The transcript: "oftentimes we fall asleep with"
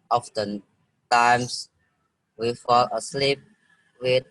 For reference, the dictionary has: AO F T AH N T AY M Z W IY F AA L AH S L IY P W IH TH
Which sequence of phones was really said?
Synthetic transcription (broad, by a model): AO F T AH N T AY M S W IY F AA L AH S L IY P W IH